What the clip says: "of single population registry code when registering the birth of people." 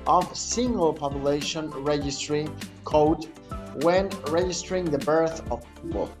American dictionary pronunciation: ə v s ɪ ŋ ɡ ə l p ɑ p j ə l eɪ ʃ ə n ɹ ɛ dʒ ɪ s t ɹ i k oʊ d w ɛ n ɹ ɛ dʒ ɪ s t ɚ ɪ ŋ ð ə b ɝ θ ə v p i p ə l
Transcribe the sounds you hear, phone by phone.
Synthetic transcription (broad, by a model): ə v s ɪ ŋ ɡ ə l p ɑ p j ə l eɪ ʃ ə n ɹ ɛ dʒ ɪ s t ɹ i k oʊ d w ɛ n ɹ ɛ dʒ ɪ s t ɚ ɪ ŋ ð ə b ɝ θ ə v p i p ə l